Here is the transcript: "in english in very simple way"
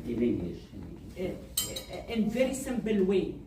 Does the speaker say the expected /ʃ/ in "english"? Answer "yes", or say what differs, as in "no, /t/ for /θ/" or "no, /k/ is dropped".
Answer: no, /ʃ/ is dropped